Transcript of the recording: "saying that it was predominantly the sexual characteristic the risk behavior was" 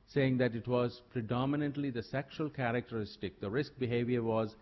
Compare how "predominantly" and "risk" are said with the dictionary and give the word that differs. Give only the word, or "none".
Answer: none